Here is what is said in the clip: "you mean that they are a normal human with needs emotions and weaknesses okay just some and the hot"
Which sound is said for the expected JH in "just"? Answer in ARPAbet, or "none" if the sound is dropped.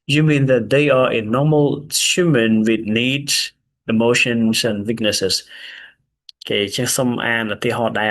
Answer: CH